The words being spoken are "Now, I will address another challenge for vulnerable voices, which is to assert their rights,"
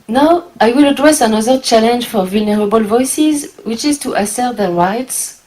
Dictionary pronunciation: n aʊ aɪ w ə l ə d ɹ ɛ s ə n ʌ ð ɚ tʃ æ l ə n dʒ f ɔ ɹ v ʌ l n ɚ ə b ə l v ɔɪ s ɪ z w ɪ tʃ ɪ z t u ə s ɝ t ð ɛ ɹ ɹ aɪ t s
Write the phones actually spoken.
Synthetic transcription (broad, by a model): n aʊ aɪ w ə l ə d ɹ ɛ s ə n ʌ ð ɚ tʃ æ l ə n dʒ f ɔ ɹ v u l n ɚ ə b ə l v ɔɪ s ɪ z w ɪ tʃ ɪ z t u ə s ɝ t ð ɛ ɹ ɹ aɪ t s